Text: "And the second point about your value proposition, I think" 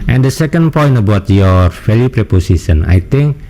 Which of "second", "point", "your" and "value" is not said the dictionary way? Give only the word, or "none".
value